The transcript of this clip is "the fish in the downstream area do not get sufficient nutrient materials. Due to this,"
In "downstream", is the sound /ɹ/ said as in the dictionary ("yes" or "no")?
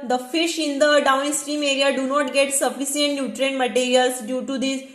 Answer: yes